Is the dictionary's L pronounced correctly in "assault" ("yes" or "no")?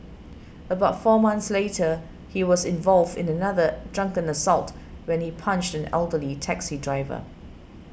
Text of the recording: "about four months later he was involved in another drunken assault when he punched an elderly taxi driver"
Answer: yes